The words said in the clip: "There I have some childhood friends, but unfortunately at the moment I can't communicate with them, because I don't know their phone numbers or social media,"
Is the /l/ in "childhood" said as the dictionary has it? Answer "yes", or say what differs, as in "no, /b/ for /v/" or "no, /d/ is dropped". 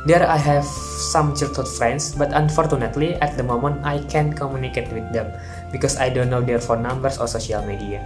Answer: no, /l/ is dropped